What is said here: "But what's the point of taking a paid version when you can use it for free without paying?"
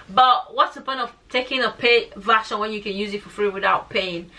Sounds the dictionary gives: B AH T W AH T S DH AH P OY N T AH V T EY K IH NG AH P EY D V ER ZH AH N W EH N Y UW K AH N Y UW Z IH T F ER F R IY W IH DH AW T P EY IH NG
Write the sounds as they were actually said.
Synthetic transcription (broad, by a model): B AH T W AH T S DH AH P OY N AH V T EY K IH NG AH P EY V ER SH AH N W EH N Y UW K AH N Y UW Z IH T F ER F R IY W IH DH AW T P EY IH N